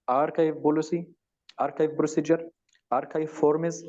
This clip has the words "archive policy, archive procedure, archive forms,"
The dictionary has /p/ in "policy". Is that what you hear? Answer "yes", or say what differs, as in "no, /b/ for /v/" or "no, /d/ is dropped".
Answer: no, /b/ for /p/